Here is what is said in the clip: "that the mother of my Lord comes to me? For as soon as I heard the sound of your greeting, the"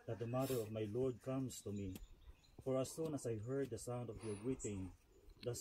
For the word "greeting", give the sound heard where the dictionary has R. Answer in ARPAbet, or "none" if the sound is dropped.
W